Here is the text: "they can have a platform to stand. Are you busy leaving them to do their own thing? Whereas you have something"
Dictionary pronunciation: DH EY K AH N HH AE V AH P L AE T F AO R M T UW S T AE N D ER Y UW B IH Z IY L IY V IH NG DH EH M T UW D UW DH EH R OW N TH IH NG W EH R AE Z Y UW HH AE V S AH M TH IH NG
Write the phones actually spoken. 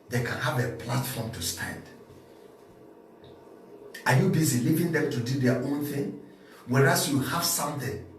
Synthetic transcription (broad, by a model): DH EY K AH N HH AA V AH P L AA T F AO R M T UW S T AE N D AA Y UW B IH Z IY L IY V IH NG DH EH M T UW D UW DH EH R OW N TH IH NG W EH R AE S Y UW HH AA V S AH M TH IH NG